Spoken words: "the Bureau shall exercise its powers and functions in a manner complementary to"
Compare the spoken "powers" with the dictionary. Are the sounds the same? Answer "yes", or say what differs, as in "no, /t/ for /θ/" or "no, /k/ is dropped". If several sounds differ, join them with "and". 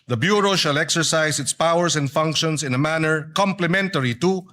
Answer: no, /s/ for /z/